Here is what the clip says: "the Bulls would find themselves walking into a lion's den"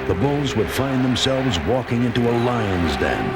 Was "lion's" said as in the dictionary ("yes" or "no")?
yes